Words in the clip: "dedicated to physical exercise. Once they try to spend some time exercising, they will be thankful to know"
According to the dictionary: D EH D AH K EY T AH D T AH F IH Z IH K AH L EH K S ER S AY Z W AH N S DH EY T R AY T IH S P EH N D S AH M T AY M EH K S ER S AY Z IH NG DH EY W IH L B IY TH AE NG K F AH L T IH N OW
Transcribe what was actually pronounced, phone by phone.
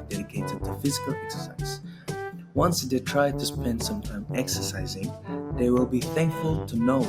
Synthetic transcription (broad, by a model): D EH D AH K EY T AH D T AH F IH Z IH K AH L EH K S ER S AY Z W AH N S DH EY T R AY T IH S P EH N D S AH M T AY M EH K S ER S AY Z IH NG DH EY W IH L B IY TH AE NG K F AH L T IH N OW